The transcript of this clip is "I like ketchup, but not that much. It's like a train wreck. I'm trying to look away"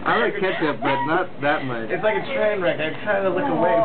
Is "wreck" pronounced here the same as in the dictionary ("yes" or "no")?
yes